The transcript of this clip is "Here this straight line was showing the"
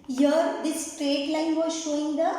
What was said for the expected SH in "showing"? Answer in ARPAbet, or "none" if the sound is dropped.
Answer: SH